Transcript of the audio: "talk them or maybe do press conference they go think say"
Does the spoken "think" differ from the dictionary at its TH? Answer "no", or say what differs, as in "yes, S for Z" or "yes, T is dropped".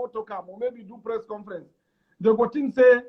yes, T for TH